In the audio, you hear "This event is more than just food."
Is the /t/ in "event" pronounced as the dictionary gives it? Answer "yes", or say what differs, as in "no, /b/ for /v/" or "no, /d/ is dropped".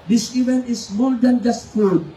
no, /t/ is dropped